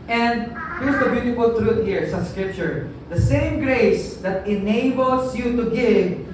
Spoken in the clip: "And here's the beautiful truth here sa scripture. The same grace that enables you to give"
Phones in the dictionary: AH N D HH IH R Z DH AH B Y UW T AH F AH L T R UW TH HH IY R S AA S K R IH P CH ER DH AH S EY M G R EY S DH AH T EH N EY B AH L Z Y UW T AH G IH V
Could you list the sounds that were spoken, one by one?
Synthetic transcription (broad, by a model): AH N D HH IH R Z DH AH B Y UW T AH F AH L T R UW T HH IY R S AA S K R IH P CH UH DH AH S EY M G R EY S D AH T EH N EY B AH L S Y UW T AH G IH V